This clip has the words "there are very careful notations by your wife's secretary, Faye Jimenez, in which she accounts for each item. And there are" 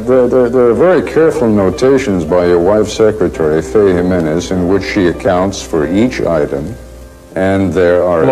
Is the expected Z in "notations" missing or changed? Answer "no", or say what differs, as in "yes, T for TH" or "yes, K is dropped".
no